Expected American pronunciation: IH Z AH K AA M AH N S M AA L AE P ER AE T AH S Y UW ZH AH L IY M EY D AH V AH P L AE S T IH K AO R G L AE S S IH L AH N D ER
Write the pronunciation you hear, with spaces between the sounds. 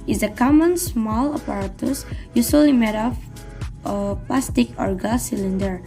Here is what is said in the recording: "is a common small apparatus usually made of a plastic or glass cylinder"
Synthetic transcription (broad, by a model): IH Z AH K AA M AH N S M AA L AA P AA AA T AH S Y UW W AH L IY M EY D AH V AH P L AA S T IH K AO R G AA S S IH L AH N D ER